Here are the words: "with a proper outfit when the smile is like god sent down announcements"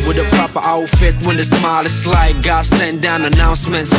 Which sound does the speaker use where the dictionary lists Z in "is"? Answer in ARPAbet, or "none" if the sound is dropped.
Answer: S